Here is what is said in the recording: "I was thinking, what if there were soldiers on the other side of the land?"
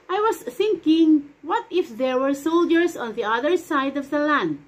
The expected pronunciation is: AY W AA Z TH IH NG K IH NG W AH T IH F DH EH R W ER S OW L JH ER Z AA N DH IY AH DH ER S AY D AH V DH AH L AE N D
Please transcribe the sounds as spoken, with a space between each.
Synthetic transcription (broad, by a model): AY W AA S TH IH NG K IH NG W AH T IH F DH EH R W ER S OW L JH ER S AA N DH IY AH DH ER S AY D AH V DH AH L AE N D